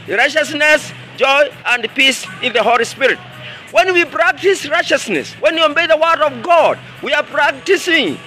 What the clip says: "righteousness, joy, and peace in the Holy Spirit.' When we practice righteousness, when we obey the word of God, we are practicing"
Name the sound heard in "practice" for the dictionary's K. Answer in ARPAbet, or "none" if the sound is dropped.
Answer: K